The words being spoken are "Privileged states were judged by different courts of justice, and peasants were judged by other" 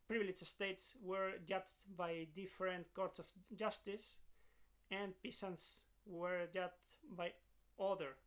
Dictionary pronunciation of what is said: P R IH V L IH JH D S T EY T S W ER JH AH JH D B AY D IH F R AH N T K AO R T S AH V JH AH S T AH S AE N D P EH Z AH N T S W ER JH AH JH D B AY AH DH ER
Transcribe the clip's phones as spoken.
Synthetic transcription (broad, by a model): P R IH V L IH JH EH S T EY T S W ER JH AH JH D B AY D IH F R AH N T K AO R T S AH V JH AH S T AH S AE N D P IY S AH N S W ER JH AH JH B AY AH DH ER